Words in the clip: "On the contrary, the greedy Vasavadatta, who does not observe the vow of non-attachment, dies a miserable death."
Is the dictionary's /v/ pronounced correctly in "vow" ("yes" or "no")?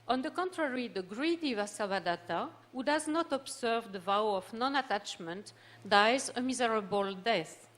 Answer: yes